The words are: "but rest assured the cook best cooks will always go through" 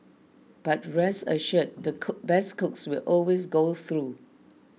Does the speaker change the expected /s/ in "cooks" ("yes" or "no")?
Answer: no